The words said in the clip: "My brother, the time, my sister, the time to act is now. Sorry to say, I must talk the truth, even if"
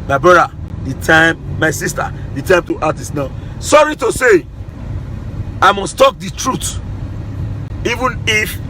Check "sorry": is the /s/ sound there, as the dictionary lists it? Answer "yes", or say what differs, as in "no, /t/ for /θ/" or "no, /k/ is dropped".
yes